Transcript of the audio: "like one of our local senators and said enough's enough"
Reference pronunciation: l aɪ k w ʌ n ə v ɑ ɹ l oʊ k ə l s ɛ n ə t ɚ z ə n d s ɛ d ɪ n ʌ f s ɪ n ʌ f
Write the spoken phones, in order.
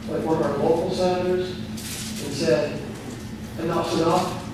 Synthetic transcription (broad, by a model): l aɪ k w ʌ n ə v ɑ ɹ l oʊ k l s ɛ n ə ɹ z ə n s ɛ d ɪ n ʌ p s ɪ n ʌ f